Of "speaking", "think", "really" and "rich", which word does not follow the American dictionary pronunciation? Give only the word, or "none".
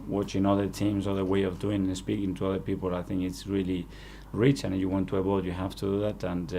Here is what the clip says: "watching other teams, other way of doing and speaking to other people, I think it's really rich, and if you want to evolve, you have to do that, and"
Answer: none